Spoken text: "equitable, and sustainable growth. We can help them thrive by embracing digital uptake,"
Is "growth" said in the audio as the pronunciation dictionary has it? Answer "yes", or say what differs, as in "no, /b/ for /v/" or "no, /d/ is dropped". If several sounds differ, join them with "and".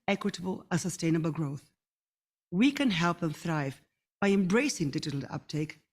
yes